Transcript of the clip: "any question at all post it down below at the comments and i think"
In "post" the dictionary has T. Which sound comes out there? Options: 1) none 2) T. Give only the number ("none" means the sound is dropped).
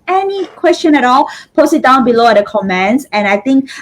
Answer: 1